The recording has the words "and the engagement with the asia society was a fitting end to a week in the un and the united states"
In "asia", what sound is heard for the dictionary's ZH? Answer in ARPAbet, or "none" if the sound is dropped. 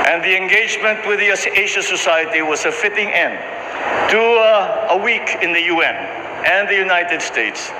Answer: SH